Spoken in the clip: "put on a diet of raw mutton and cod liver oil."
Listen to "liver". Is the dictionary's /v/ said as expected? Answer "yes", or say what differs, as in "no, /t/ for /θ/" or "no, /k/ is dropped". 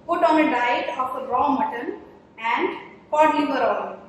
no, /b/ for /v/